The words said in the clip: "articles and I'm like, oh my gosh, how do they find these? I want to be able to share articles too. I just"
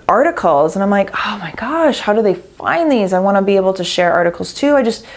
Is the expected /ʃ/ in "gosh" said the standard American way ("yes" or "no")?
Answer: yes